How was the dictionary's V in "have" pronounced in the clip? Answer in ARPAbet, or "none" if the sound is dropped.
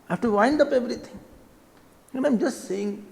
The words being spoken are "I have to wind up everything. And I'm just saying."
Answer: F